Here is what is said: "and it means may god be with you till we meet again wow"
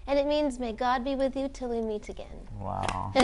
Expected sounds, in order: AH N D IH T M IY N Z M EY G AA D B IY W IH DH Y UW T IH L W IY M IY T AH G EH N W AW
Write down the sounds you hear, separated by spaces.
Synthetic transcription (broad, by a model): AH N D IH T M IY N Z M EY G AA D B IY W IH DH Y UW T IH L W IY M IY T AH G EH N W AW